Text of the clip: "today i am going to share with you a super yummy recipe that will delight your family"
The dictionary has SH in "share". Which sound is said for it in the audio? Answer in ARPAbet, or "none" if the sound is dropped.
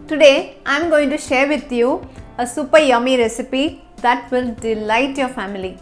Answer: SH